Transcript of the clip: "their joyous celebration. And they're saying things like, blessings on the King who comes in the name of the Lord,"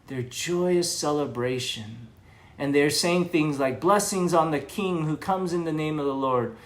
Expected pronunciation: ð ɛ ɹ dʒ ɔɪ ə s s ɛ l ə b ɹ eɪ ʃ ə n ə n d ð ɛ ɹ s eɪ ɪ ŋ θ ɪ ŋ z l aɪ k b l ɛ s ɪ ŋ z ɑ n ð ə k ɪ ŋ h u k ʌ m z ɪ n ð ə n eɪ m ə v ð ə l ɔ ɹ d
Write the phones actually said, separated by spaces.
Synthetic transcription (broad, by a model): ð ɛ ɹ dʒ ɔɪ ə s s ɛ l ə b ɹ eɪ ʃ ə n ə n ð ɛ ɹ s eɪ ɪ ŋ θ ɪ ŋ z l aɪ k b l ɛ s ɪ ŋ z n ð ə k ɪ ŋ h u k ʌ m z ɪ n ð ə n eɪ m ə v ð ə l ɔ ɹ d